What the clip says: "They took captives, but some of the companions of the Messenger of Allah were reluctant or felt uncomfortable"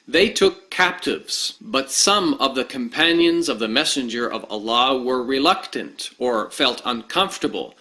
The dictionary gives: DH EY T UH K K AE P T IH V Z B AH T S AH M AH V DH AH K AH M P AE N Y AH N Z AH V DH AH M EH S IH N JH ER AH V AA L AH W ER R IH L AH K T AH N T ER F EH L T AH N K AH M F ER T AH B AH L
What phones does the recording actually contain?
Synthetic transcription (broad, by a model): DH EY T UH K K AE P T IH V Z B AH T S AH M AH V DH AH K AH M P AE N Y AH N Z AH V DH AH M EH S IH N JH ER AH V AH L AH W ER R IH L AH K T AH N T ER F EH L T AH N K AH M F T AH B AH L